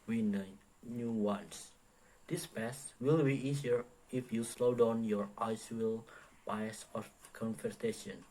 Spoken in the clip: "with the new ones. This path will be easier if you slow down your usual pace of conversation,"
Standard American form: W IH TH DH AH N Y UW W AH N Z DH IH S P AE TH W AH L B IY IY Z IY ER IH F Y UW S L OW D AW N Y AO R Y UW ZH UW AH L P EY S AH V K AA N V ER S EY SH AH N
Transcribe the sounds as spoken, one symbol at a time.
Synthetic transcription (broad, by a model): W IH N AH N Y UW W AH N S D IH S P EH S W AH L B IY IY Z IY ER IH F Y UW S L OW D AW N Y AO R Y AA S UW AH L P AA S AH F K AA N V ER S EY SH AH N